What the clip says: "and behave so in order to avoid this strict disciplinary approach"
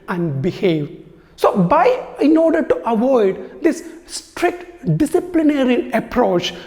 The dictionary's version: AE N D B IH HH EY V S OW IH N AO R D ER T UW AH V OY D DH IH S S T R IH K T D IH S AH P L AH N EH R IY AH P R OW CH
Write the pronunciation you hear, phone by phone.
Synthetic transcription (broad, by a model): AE N D B IH HH EY V S OW IH N AO R D ER T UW AH V OY D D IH S S T R IH K T D IH S AH P L AH N EH R IY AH P R OW CH